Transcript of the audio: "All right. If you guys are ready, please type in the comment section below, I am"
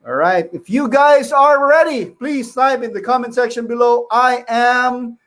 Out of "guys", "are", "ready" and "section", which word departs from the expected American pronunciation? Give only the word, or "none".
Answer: none